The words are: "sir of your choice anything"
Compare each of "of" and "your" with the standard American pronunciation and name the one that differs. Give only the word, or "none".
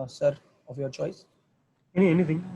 none